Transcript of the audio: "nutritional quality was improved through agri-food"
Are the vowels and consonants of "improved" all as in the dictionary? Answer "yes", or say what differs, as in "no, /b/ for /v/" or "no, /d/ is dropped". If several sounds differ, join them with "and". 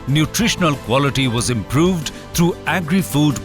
yes